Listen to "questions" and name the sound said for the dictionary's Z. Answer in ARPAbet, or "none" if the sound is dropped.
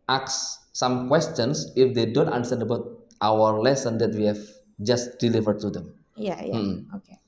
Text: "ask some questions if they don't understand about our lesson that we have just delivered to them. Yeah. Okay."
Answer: S